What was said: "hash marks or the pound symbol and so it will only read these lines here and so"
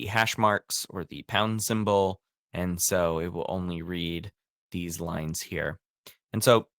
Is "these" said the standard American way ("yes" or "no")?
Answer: yes